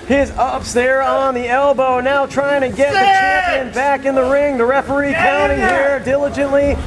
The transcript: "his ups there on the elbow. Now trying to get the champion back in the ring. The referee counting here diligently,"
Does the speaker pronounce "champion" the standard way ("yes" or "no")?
no